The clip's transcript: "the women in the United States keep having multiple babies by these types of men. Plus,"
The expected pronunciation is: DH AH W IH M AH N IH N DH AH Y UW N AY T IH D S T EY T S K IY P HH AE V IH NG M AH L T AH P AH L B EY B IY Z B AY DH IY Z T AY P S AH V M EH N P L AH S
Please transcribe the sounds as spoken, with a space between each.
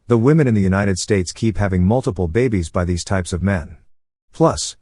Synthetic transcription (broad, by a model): DH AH W IH M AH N IH N DH AH Y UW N AY T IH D S T EY T S K IY P HH AE V IH NG M AH L T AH P L B EY B IY Z B AY DH IY Z T AY P S AH V M EH N P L AH S